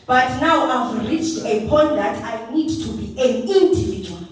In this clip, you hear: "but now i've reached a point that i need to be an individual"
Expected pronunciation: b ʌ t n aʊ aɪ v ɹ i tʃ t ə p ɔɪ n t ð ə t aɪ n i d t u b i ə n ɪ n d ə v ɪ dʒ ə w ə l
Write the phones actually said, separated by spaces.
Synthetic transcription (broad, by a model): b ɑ t n aʊ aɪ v ɹ i tʃ t ə p ɔɪ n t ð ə t aɪ n i d t u b i ə n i n d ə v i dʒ w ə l